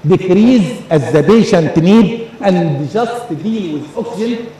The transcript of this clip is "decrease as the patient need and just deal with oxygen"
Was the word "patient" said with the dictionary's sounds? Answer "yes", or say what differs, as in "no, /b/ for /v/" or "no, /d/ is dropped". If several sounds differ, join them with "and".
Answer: no, /b/ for /p/